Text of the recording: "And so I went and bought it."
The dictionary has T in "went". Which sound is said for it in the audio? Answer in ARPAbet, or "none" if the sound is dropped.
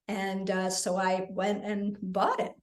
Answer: T